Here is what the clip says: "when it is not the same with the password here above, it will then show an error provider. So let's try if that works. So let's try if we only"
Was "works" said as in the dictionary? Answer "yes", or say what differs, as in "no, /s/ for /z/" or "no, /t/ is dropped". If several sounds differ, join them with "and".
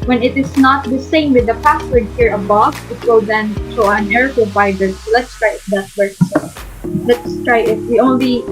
no, /k/ is dropped